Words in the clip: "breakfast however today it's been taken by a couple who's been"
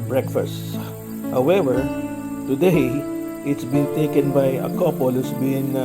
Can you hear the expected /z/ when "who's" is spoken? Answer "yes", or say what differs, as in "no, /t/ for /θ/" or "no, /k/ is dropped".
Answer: no, /s/ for /z/